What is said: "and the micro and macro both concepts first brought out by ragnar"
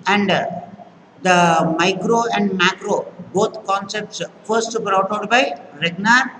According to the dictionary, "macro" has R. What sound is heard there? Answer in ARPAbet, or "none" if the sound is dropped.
R